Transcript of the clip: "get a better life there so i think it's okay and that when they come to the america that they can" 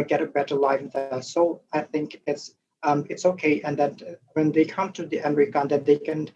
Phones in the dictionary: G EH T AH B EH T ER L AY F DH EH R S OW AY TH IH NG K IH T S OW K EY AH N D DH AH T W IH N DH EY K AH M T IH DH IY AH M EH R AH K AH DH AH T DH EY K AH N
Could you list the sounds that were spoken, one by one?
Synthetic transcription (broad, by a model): G EH T AH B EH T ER L AY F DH S OW AY TH IH NG K IH T S OW K EY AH N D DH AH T W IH N DH EY K AH M T IH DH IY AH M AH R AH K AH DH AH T DH EY K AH N